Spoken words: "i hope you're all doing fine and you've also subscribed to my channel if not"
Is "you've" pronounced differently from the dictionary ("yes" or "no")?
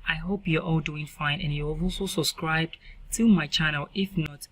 yes